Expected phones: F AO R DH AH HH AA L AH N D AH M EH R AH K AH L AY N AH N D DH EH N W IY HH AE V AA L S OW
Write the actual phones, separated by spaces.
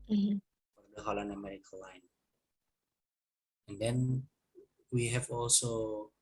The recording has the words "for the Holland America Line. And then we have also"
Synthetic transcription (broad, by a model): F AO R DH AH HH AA L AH N AH M EH R AH K AH L AY N AH N D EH N W IY HH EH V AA L S OW